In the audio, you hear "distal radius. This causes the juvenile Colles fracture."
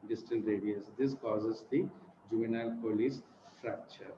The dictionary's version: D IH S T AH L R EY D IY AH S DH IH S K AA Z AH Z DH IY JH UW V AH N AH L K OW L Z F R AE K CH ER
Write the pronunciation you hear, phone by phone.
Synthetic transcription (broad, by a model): D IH S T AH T R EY D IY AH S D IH S K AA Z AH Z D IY JH UW V AH N AH L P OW L S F R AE K CH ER